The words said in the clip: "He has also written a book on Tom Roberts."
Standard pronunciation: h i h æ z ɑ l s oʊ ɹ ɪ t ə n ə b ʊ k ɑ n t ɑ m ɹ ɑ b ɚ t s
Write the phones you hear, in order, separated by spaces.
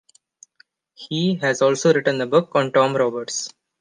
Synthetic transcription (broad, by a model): h i h æ z ɑ l s oʊ ɹ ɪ t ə n ə b ʊ k ɑ n t ɑ m ɹ ɑ b ɚ t s